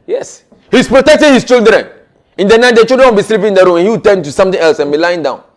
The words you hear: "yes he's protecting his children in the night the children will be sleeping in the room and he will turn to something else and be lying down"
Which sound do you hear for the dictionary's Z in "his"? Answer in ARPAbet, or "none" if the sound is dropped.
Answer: S